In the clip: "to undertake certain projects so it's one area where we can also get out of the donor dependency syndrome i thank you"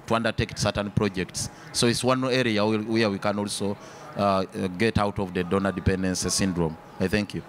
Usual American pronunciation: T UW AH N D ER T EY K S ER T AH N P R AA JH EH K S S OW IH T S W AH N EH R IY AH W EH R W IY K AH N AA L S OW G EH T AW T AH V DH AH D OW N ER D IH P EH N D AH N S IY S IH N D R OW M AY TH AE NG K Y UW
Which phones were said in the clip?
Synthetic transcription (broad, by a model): T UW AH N D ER T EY K S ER T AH N P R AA JH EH K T S OW IH T S W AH N EH R IY AH W EH R W IY K AH N AA L S OW G EH T AW T AH V DH AH D OW N ER D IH P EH N D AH N S S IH N D R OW M AY TH AE NG K Y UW